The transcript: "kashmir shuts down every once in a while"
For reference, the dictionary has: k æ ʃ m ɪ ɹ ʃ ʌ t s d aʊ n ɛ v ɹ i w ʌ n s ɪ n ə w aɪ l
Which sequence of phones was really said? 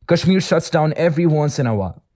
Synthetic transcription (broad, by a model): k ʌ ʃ m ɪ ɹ ʃ ʌ t s d aʊ n ɛ v ɹ i w ʌ n s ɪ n ə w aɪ